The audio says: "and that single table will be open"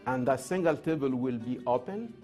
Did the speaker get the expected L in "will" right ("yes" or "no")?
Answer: yes